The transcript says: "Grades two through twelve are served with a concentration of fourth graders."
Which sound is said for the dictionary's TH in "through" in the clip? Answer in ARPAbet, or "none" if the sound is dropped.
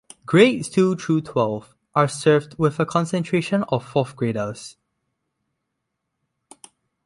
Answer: T